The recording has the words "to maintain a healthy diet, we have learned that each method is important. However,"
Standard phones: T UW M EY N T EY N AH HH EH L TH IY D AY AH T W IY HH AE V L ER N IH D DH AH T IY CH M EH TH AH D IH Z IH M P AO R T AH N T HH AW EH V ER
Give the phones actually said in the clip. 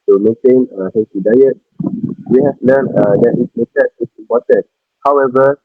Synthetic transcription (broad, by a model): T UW M EY N T EY N AH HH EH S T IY D AY AH T W IY HH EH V N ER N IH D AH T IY S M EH T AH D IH S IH M P AO T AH N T HH AW EH V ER